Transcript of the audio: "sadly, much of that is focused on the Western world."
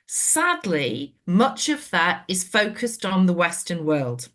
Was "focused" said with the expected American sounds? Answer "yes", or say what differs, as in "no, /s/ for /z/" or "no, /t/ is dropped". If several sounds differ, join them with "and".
yes